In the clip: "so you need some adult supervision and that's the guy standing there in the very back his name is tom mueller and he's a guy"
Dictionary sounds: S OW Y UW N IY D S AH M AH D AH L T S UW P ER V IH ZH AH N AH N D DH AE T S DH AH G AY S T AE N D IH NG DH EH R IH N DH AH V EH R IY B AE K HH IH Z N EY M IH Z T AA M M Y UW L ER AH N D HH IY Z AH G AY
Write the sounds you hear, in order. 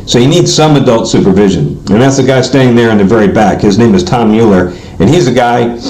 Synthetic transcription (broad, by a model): S OW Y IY N IY D S AH M AH D AH L T S UW P ER V IH ZH AH N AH N DH AE T S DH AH G AY S T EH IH IH NG DH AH R IH N DH AH V EH R IY B AE K HH IH Z N EY M IH Z T AA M M Y UW L ER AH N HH IY Z AH G AY